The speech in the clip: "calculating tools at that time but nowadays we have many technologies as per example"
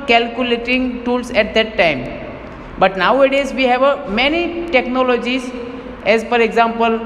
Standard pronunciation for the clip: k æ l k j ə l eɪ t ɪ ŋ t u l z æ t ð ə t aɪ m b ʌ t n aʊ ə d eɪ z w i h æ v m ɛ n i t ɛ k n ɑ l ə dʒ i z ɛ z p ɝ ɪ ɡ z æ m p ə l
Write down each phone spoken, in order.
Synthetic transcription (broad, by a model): k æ l k j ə l eɪ t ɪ ŋ t u l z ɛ t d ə t aɪ m b ʌ t n aʊ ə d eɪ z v i h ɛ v m ɛ n i t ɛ k n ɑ l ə dʒ i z ɛ z f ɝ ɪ ɡ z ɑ m p ə l